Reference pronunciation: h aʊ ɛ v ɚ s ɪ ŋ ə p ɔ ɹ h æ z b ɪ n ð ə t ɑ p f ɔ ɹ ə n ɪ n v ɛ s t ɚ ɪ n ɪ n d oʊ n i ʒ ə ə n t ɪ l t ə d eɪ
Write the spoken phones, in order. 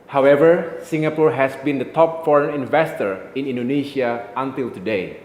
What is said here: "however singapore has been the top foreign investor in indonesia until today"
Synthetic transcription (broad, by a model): h aʊ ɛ v ɚ s ɪ ŋ ə p ɔ ɹ h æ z b ɪ n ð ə t ɑ p f ɔ ɹ ə n ɪ n v ɛ s t ɚ ɪ n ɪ n d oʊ n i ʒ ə ə n t ɪ l t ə d eɪ